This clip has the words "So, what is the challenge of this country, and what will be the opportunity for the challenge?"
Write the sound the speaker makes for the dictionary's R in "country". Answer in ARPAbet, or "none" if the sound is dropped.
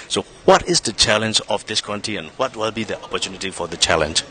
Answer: none